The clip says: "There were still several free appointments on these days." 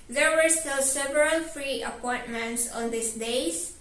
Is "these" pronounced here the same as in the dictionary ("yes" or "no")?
no